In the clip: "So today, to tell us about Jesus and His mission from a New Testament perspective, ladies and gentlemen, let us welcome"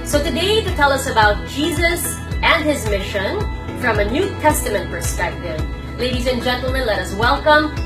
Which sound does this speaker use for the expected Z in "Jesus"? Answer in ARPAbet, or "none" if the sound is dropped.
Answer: Z